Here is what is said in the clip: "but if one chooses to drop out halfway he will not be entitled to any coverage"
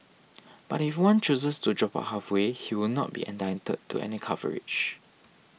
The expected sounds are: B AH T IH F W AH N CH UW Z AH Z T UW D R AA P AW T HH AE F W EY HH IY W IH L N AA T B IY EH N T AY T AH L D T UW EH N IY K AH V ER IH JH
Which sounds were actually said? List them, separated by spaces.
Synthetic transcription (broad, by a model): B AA T IH F W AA N CH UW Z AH S T UW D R AA P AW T HH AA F W EY HH IY W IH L N AA T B IY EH N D AY T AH D T UW EH N IY K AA V ER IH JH